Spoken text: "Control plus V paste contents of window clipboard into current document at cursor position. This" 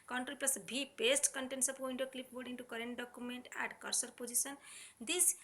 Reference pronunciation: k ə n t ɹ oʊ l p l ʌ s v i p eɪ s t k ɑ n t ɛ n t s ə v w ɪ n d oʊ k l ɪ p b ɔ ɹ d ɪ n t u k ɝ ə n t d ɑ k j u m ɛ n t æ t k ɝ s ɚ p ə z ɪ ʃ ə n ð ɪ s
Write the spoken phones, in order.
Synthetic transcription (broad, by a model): k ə n t ɹ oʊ l p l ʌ s b i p eɪ s t k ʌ n t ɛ n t s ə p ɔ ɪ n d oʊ k l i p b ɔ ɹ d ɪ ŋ t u k ɝ ə n t d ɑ k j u m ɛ n t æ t k ɝ s ɚ p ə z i s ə n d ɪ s